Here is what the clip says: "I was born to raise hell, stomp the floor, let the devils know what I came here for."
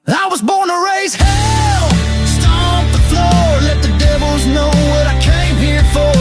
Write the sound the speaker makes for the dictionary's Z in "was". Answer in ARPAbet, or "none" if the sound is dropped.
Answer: Z